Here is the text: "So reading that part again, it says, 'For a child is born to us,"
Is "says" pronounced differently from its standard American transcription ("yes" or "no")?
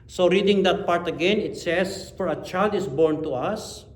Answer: yes